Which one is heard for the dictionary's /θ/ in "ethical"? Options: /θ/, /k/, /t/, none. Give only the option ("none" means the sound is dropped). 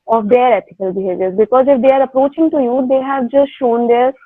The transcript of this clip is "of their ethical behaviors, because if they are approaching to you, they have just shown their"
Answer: /t/